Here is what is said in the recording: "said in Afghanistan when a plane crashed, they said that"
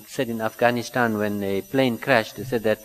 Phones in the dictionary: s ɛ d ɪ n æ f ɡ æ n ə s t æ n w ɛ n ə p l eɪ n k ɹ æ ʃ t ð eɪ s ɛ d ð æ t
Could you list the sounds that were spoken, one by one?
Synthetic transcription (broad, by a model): s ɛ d ɪ n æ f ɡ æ n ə s t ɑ n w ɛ n ə p l eɪ n k ɹ æ ʃ t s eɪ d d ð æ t